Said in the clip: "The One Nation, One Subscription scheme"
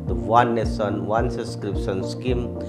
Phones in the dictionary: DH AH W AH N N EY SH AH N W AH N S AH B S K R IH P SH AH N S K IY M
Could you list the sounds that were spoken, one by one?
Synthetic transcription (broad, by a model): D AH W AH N N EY S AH N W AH N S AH S K R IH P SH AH N S K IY M